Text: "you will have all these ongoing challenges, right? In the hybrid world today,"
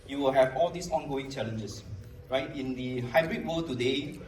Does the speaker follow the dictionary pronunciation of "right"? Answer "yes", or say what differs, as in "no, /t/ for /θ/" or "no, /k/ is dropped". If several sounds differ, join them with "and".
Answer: yes